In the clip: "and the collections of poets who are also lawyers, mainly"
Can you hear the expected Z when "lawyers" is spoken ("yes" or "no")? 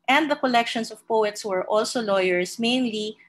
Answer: no